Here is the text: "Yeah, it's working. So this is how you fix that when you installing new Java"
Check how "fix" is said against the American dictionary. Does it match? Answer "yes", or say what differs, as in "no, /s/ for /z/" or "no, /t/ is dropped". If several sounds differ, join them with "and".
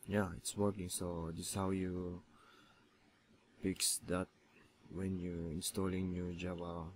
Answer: no, /p/ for /f/